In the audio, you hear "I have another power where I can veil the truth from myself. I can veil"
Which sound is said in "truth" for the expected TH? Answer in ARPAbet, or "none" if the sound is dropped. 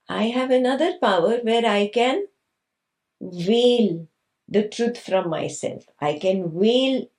T